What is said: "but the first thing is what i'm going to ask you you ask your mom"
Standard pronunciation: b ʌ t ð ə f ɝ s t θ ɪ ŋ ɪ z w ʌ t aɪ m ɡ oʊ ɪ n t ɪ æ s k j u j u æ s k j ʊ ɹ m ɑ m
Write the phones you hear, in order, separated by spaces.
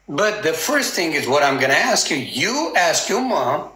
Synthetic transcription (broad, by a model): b ʌ t ð ə f ɝ s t θ ɪ ŋ ɪ z w ʌ t aɪ m ɡ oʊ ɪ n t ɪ æ s k j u j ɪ æ s k j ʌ m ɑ m